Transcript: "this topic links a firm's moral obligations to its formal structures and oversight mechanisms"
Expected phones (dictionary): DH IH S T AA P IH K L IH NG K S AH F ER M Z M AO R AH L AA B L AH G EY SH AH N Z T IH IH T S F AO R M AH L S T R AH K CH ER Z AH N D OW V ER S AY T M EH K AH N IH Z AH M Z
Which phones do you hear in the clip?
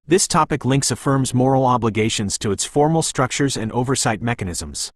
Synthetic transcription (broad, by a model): DH IH S T AA P IH K L IH NG K S AH F ER M Z M AO R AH L AA B L AH G EY SH AH N Z T IH IH T S F AO R M L S T R AH K CH ER Z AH N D OW V ER S AY T M EH K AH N IH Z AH M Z